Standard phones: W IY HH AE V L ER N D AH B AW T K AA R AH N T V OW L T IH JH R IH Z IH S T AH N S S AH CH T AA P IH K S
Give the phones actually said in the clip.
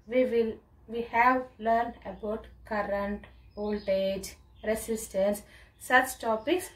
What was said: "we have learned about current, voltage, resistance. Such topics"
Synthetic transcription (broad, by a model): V IY HH AE V L ER N D AH B AW T K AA R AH N T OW L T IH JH R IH S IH S T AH N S S AH CH T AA P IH K S